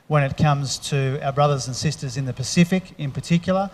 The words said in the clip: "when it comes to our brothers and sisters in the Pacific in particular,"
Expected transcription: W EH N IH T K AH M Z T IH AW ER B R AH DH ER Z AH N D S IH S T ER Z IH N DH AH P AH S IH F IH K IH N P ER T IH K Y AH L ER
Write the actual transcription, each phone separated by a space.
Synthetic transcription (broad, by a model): W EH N IH T K AH M Z T IH AW ER B R AH DH ER Z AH N S IH S T ER Z IH N DH AH P AH S IH F IH K IH N P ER T IH K Y L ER